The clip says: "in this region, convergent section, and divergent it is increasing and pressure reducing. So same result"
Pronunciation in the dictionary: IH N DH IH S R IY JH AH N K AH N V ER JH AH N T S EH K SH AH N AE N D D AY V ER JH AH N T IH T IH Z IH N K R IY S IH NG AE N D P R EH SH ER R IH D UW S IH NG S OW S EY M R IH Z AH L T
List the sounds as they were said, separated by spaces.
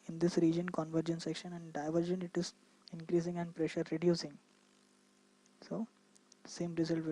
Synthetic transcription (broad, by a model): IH N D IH S R IY JH AH N K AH N V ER JH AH N S EH K SH AH N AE N D D AY V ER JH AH N IH T IH Z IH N K R IY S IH NG AE N D P R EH SH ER R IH D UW S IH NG S OW S EY M R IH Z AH L T